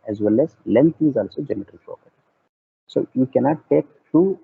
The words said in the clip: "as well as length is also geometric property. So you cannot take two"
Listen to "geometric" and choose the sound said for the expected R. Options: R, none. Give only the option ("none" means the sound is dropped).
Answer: none